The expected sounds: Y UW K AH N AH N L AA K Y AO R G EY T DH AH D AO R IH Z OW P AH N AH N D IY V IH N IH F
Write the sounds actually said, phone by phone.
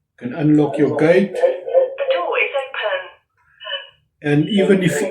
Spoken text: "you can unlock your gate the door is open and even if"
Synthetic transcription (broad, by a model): K AH N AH N L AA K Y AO W G EY T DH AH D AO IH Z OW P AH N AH N IY V IH N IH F